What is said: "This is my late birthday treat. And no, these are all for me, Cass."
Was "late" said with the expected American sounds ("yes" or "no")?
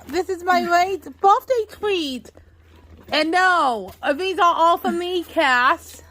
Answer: no